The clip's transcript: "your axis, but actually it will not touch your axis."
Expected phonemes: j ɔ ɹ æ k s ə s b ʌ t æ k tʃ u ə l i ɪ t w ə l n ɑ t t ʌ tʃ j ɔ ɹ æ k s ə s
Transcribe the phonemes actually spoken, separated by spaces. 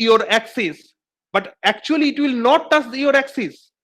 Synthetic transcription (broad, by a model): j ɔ ɹ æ k s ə s b ʌ t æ k tʃ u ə l i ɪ t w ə l n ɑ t t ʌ s j ɔ ɹ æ k s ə s